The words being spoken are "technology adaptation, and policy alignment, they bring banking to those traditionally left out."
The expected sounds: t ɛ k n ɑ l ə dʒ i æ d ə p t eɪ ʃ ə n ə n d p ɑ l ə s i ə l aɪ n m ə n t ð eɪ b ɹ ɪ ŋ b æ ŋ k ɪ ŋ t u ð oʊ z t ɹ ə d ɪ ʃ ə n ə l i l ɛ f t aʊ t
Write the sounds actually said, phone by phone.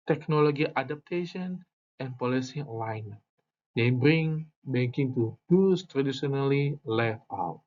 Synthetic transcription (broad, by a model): t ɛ k n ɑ l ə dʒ i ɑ d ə p t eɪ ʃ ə n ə n p ɑ l ə s i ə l aɪ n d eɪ b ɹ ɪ ŋ b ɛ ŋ k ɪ ŋ t u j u s t ɹ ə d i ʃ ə n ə l i l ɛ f aʊ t